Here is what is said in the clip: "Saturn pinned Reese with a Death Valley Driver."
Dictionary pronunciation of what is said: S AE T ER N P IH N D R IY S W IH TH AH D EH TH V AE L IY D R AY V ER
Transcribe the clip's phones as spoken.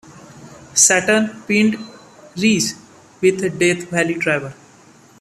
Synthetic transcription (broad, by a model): S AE T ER N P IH N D R IY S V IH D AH D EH T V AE L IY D R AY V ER